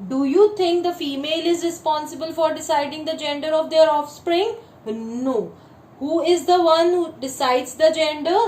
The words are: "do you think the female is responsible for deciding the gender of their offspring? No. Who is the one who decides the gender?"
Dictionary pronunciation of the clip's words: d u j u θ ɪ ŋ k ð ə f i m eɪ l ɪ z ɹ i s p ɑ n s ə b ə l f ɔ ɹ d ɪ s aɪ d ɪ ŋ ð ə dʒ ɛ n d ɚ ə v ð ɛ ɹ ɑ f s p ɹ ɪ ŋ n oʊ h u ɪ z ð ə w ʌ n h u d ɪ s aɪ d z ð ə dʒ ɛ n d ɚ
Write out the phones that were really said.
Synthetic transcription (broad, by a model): d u j u t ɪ ŋ k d ə f i m eɪ l ɪ z ɹ i s p ɑ n s ə b ə l f ɔ ɹ d ɪ s aɪ d ɪ ŋ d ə dʒ ɛ n d ɚ ə v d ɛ ɹ ɑ f s p ɹ ɪ ŋ n oʊ h u ɪ z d ə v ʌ n h u d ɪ s aɪ d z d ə dʒ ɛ n d ɚ